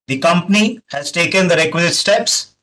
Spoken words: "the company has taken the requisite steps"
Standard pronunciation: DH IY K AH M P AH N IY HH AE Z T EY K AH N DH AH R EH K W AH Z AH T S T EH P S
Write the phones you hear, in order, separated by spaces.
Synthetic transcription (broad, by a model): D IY K AH M P AH N IY HH AE Z T EY K AH N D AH R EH K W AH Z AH T S T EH P S